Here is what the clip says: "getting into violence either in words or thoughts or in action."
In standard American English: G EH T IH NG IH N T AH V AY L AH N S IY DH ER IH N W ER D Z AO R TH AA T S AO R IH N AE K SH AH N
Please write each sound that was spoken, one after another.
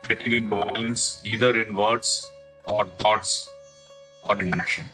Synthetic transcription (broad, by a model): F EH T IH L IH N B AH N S IY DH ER IH N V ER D S AO R T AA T S AO R IH N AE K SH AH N